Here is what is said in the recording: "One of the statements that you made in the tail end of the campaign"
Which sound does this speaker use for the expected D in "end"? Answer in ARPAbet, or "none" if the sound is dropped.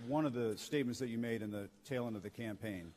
none